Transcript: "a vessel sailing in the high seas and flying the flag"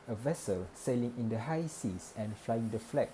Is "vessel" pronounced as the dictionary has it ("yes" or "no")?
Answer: yes